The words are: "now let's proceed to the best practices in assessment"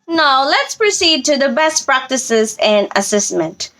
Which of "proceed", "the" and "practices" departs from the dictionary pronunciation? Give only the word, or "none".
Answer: none